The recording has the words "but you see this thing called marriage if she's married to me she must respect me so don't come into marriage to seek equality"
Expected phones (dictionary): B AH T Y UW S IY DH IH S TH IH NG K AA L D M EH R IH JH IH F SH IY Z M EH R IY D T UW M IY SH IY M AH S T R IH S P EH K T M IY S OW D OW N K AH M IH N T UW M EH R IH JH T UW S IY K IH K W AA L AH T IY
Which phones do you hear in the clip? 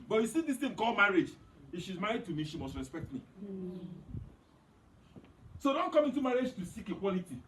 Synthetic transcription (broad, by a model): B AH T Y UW S IY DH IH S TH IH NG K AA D M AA R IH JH IH F SH IY Z M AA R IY D T UW M IY SH IY M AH S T R IH S P EH K T M IY S OW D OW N K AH M IH N T UW M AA R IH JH T UW S IY K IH K W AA L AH T IY